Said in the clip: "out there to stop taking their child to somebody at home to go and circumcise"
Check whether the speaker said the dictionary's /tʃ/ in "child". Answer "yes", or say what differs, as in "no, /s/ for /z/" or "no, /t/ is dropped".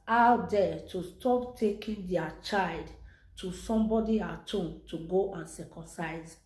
yes